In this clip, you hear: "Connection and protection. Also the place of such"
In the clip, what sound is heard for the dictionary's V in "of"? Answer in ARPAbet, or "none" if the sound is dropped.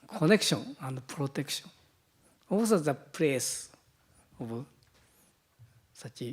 B